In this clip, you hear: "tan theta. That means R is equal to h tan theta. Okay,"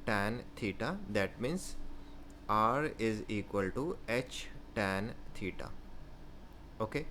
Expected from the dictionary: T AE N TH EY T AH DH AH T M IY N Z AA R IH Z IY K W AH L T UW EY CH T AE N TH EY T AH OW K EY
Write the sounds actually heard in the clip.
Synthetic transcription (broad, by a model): T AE N T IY T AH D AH T M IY N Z AA R IH Z IY K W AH L T UW EY CH T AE N T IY T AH OW K EY